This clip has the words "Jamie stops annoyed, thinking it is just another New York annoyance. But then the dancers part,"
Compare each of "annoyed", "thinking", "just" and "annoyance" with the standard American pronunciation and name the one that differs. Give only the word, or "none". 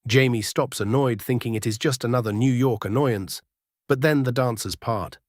none